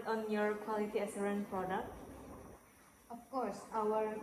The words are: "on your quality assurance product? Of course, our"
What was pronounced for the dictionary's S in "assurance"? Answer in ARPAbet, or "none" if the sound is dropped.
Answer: none